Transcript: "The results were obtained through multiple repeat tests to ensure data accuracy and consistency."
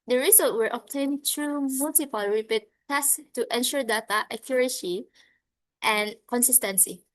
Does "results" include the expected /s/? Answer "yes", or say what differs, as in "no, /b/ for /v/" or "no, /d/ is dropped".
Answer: no, /s/ is dropped